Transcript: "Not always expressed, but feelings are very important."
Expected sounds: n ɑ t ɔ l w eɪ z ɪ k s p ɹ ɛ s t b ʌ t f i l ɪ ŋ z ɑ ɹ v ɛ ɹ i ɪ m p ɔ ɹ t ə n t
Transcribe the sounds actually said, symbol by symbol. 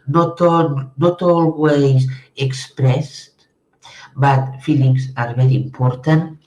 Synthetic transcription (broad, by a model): n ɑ t ɔ l w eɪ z ɪ k s p ɹ ɛ s t b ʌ t f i l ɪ ŋ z ɑ ɹ b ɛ ɹ i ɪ m p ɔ ɹ t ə n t